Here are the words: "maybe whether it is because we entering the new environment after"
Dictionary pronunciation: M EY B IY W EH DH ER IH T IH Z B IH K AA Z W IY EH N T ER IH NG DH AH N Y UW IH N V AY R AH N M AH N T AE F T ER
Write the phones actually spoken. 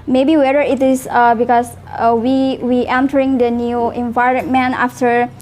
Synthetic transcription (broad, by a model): M EY B IY W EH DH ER IH T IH S B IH K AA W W IY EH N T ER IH NG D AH N Y UW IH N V AY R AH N M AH N AA F T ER